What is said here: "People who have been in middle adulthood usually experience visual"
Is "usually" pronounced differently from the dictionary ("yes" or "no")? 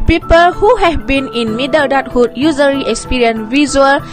yes